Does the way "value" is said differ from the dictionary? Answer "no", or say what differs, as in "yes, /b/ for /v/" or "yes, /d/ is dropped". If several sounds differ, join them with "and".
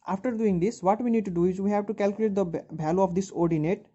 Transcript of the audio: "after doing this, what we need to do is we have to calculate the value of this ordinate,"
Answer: yes, /b/ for /v/